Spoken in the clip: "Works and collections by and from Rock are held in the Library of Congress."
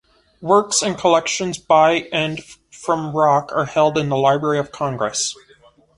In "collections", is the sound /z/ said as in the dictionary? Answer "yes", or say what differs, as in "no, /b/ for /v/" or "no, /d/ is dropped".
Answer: yes